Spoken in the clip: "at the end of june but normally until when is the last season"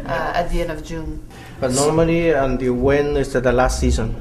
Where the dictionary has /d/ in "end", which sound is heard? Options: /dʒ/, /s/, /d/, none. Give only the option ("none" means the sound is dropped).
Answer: none